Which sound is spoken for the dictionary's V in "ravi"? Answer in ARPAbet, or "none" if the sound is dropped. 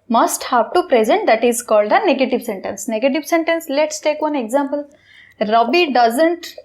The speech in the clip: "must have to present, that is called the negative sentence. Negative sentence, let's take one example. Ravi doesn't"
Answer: B